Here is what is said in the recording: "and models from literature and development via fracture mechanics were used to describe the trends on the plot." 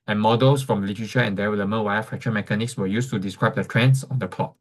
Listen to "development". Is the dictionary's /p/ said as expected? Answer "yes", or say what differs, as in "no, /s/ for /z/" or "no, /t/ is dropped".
no, /p/ is dropped